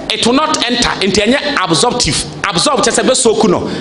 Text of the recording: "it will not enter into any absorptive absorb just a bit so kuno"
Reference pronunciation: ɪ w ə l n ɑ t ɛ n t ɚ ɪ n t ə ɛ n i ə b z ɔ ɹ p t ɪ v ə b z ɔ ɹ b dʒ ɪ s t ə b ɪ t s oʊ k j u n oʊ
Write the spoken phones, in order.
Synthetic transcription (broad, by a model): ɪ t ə n ɑ t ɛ n t ɪ n t ə ɛ n i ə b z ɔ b t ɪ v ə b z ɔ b tʃ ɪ s ə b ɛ s oʊ k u n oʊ